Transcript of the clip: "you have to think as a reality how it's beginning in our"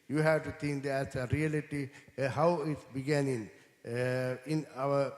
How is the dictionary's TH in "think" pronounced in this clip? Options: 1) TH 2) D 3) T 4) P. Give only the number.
3